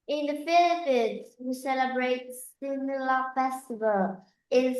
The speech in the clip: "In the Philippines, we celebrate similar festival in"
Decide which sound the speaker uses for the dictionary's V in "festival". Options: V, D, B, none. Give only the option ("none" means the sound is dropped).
V